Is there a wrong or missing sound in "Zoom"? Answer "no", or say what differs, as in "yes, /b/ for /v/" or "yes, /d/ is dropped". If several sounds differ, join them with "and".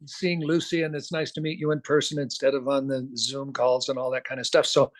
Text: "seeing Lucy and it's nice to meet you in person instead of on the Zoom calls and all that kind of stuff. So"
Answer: no